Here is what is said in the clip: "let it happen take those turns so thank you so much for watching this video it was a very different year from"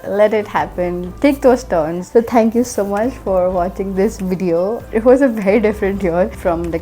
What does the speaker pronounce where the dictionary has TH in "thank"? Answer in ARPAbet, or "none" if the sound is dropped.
T